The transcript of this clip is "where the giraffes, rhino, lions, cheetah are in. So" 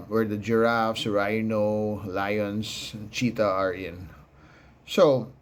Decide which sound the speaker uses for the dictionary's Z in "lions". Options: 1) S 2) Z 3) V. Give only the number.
1